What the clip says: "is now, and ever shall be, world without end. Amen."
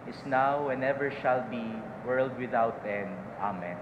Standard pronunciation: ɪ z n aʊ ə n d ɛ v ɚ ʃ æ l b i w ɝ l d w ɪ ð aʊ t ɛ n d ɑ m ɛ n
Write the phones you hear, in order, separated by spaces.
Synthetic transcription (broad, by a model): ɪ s n aʊ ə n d ɛ v ɚ ʃ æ l b i w ɝ l d w ɪ ð aʊ t ɛ n d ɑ m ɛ n